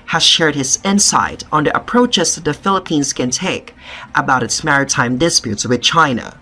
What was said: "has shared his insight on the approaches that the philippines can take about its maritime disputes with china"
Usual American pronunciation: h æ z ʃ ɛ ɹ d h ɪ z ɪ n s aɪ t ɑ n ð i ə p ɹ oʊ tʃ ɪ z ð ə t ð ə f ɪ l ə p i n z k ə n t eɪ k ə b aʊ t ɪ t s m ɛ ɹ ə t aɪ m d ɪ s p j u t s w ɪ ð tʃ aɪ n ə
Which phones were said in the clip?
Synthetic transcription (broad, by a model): h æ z ʃ ɛ ɹ d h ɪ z ɪ n s aɪ t n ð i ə p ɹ oʊ tʃ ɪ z ð ə t ð ə f ɪ l ə p i n z k ə n t eɪ k ə b aʊ t ɪ t s m ɛ ɹ ə t aɪ m d ɪ s p j u t s w ɪ ð tʃ aɪ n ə